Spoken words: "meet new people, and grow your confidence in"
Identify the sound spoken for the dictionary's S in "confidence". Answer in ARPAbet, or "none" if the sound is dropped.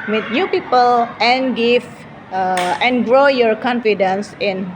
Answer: S